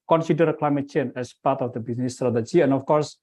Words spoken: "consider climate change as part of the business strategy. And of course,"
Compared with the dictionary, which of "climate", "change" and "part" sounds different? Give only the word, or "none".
change